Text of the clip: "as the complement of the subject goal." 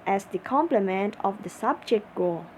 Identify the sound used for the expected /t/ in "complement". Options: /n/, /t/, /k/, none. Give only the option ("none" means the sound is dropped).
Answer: /t/